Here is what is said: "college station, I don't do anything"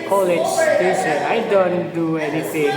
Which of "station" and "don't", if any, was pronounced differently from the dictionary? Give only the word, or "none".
station